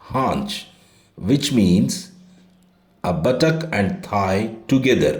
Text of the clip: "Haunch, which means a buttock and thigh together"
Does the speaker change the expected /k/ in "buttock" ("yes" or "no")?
no